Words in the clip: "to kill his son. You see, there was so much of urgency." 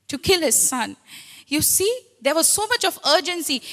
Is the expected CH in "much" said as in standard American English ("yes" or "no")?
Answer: yes